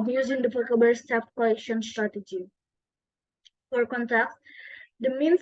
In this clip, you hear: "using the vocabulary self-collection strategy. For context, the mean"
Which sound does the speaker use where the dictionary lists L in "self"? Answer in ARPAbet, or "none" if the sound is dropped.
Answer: none